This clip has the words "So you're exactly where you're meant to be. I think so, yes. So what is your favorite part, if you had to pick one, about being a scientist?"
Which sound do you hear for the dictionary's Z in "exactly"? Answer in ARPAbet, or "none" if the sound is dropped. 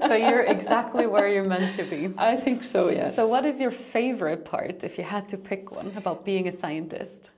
Z